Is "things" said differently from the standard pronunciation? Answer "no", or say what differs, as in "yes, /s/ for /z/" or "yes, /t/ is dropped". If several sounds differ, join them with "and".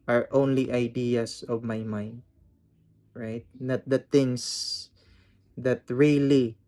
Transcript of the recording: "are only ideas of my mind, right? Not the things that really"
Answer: yes, /t/ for /θ/